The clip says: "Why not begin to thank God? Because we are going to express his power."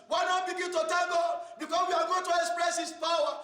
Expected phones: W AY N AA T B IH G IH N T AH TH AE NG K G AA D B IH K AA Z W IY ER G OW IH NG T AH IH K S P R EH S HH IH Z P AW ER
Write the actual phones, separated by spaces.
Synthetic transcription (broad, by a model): W AY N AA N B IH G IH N T AH T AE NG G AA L B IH K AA S W IY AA G OW IH NG T AH IH K S P R EH S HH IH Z P AW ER